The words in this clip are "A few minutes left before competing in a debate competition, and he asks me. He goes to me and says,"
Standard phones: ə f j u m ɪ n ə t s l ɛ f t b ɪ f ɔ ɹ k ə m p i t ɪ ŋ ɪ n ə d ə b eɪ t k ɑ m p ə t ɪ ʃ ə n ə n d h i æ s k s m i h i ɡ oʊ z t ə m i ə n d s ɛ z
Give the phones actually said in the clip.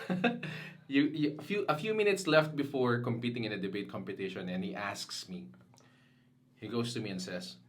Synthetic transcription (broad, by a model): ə f j u m ɪ n ə t s l ɛ f t b ɪ f ɔ ɹ k ə m p i t ɪ ŋ ɪ n ə d ə b eɪ t k ɑ m p ə t ɪ ʃ ə n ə n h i æ s k s m i h i ɡ oʊ s t ə m i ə n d s ɛ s